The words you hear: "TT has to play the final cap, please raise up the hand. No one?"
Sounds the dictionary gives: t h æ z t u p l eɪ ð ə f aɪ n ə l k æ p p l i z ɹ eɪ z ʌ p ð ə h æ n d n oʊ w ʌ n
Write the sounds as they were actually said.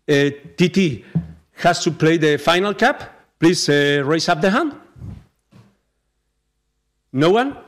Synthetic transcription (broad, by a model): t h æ s t u p l eɪ ð ə f aɪ n ə l k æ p p l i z ɹ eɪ s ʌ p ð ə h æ n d n oʊ w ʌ n